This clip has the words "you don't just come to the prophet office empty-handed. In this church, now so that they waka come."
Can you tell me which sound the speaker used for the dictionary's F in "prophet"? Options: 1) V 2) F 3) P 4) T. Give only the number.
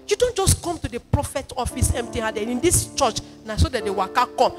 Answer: 2